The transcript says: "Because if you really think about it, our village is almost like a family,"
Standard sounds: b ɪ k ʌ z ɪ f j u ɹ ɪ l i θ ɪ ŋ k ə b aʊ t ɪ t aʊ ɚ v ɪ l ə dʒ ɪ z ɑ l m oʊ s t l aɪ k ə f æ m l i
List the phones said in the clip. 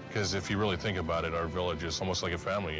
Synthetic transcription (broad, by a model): k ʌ z ɪ f j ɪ ɹ ɪ l i θ ɪ ŋ k ə b aʊ t ɪ t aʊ ɚ v ɪ l ə dʒ ɪ z ɑ l m oʊ s t l aɪ k ə f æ m l i